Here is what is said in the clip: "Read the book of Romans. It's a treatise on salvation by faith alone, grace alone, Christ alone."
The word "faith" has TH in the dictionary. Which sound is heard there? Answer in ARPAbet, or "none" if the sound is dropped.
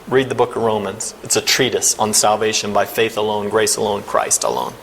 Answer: TH